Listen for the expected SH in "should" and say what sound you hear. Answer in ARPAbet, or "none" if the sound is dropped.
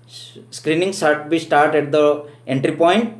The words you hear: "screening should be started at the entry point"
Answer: S